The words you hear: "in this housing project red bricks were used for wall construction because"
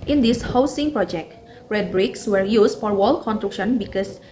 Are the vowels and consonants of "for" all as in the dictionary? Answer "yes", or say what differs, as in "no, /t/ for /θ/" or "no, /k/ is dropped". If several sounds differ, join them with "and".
yes